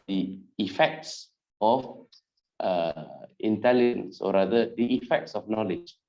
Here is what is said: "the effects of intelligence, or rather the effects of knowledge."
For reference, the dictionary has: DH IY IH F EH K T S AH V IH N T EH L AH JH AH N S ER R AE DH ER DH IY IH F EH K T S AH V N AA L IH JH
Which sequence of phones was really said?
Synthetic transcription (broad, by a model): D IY IH F EH K T S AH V IH N T EH L AH JH AH N S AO R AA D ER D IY IH F EH K T S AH F N AA L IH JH